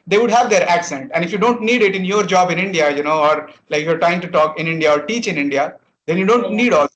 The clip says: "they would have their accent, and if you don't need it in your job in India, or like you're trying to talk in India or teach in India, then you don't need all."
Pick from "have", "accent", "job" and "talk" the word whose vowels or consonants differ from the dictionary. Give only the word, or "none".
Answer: none